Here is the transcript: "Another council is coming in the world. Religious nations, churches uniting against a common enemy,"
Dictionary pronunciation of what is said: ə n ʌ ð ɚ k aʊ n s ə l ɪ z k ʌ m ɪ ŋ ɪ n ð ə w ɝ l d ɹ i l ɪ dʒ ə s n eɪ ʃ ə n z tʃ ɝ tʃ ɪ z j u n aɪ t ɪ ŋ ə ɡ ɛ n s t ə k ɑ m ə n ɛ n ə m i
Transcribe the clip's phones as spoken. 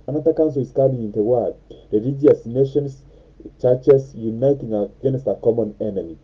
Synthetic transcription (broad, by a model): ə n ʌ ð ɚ k aʊ n s ə l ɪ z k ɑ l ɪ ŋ ɪ n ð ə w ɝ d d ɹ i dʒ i ə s n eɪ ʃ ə n s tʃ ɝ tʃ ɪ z j u n aɪ t ɪ ŋ ə ɡ ɛ n s t ə k ɑ m ə n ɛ n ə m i